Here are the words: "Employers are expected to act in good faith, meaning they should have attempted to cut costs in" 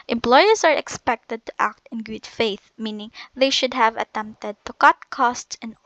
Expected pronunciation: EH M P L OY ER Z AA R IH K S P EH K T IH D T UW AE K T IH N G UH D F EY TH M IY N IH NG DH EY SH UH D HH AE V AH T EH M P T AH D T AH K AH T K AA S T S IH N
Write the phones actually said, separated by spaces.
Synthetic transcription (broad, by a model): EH M P L OY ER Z AA R IH K S P EH K T IH D T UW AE K T IH N G UH D F EY TH M IY N IH NG DH EY SH UH D HH AE V AH T EH M P T AH D T AH K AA T K AA S T S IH N